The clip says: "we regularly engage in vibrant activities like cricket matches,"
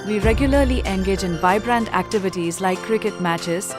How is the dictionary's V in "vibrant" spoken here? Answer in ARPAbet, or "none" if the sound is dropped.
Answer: B